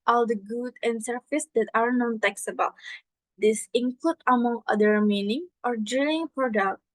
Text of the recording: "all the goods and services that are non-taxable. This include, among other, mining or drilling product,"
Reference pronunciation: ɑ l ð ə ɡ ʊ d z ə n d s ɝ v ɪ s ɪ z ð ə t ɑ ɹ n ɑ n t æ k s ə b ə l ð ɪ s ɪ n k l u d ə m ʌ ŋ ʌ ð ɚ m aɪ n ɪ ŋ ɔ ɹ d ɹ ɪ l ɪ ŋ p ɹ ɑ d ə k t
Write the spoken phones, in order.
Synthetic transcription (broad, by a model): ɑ l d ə ɡ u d ə n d s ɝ f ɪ s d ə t ɑ ɹ n ɑ n t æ k s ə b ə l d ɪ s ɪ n k l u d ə m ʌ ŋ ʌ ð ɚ m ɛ n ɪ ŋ ɔ ɹ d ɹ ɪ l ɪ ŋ p ɹ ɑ d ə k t